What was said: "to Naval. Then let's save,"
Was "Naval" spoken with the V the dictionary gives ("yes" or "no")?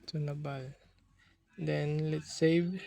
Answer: no